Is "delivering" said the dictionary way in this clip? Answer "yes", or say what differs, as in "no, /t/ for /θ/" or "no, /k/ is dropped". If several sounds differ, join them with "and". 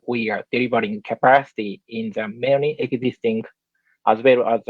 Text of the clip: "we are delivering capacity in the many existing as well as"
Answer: no, /b/ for /v/